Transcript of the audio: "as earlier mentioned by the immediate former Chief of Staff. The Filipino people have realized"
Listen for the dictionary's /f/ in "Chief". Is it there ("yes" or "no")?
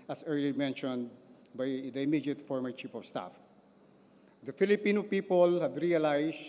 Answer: no